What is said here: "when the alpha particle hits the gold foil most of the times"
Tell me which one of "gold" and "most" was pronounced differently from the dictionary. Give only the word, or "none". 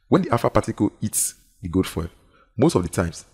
gold